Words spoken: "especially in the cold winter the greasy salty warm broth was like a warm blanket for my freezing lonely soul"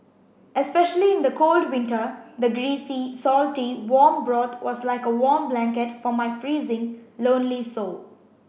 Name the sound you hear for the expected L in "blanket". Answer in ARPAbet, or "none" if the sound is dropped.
L